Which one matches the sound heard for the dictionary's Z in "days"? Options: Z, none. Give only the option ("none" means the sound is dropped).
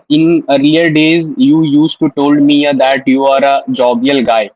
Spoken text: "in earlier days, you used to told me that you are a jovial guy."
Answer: Z